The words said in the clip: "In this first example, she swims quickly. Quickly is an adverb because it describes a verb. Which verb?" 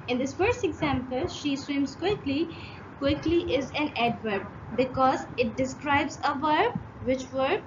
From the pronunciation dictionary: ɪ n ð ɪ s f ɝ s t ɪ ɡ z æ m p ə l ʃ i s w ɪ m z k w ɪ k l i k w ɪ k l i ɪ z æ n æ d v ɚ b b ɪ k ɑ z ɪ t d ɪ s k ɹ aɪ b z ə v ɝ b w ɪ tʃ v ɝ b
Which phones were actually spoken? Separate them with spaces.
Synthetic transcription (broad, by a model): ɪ n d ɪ s f ɝ s t ɪ ɡ z æ m p ə l ʃ i s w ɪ m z k w ɪ k l i k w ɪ k l i ɪ z æ n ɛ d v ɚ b b ɪ k ɑ z ɪ t d ɪ s k ɹ aɪ b z ə v ɝ b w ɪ tʃ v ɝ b